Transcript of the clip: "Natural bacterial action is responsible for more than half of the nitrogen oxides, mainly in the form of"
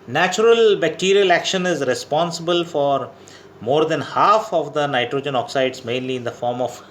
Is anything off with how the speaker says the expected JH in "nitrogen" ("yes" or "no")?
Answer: no